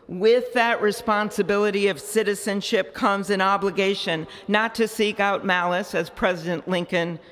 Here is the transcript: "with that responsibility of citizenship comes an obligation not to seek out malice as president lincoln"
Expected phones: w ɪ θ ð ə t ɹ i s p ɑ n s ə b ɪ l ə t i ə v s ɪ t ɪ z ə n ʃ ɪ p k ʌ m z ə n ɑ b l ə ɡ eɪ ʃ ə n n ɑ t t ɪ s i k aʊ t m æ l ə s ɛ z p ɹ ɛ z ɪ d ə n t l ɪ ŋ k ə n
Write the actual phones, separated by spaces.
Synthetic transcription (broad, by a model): w ɪ ð ə t ɹ i s p ɑ n s ə b ɪ l ə t i ə v s ɪ t ɪ z ə n ʃ ɪ p k ʌ m z ə n ɑ b l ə ɡ eɪ ʃ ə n n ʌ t t ɪ s i k aʊ t m æ l ə s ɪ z p ɹ ɛ z ɪ d ə n t l ɪ ŋ k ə n